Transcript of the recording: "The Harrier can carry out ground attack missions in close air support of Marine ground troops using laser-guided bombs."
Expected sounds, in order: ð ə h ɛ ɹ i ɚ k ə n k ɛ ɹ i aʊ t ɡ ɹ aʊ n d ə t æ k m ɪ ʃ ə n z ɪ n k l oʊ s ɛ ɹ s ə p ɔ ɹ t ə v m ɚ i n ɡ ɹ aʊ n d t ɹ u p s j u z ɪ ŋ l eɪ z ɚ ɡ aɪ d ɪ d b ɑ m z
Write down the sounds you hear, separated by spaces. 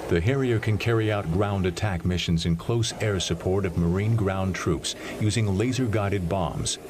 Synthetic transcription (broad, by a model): ð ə h ɛ ɹ i ɚ k ə n k ɛ ɹ i aʊ t ɡ ɹ aʊ n d ə t æ k m ɪ ʃ ə n z ɪ n k l oʊ s ɛ ɹ s ə p ɔ ɹ t ə v m ɚ i n ɡ ɹ aʊ n t ɹ u p s j u z ɪ ŋ l eɪ z ɚ ɡ aɪ d ɪ d b ɑ m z